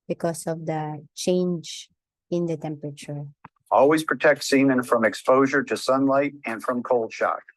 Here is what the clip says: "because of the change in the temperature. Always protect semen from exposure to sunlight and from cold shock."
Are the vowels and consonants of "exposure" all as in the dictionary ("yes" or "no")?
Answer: yes